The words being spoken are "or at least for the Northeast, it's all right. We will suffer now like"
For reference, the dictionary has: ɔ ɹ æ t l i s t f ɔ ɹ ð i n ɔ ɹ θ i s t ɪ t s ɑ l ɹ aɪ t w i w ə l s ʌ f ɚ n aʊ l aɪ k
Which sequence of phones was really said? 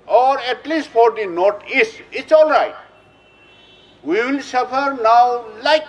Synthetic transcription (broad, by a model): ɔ ɹ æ t l i s t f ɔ ɹ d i n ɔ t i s ɪ t s ɑ l ɹ aɪ t w i w ə l s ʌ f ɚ n aʊ l aɪ k